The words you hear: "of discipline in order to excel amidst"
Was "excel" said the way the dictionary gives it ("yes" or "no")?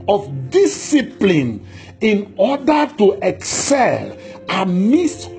yes